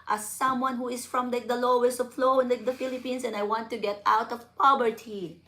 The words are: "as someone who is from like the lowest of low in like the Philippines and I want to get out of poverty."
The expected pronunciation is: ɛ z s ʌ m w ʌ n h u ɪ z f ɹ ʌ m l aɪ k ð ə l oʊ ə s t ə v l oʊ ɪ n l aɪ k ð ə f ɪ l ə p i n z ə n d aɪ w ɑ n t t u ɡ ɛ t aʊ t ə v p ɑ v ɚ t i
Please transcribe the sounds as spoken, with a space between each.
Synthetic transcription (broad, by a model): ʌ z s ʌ m w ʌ n h u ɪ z f ɹ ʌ m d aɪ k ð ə l oʊ ə s t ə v l oʊ ɪ n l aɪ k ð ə f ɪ l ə p i n s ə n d aɪ w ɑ n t t u ɡ ɛ t aʊ t ə v p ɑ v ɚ t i